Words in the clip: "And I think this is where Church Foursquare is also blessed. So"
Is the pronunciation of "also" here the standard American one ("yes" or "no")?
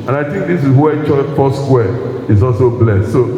yes